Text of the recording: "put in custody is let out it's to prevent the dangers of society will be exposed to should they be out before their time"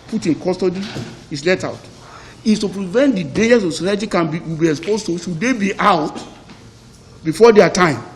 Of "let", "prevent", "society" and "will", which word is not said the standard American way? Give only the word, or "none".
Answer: will